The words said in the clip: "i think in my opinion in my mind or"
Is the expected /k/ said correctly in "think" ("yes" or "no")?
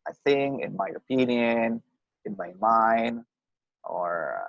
no